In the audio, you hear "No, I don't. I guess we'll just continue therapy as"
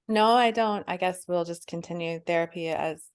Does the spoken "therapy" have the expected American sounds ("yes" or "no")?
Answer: yes